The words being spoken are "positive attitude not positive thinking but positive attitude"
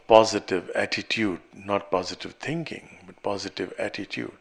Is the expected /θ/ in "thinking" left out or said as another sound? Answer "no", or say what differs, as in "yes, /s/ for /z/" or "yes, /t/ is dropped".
yes, /t/ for /θ/